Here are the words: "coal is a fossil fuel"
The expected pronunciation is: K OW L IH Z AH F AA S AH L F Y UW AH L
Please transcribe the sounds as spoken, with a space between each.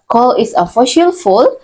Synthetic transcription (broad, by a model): K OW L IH S AH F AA SH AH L F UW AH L